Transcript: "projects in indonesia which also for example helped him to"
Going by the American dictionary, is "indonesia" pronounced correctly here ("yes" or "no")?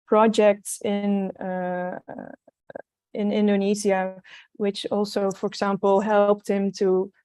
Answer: no